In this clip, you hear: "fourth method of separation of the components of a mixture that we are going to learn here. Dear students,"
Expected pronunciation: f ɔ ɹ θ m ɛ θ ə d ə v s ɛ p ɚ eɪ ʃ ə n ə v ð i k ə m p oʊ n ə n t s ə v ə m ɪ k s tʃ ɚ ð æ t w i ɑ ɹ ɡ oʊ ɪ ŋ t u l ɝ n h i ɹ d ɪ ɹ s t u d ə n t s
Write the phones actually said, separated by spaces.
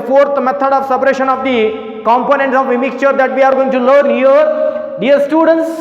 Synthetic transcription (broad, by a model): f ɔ ɹ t m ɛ t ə d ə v s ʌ p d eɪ ʃ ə n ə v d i k ə m p oʊ n ə n t s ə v ə m ɪ k s tʃ ɚ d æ t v i ɑ ɹ ɡ oʊ ɪ ŋ t u l ɝ n h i ɹ d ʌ ɹ s t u d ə n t s